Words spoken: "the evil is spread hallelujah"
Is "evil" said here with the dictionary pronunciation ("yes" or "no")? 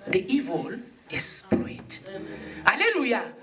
yes